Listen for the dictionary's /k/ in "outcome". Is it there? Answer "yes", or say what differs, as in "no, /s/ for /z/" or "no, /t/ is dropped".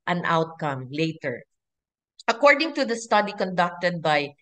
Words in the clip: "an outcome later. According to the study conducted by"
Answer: yes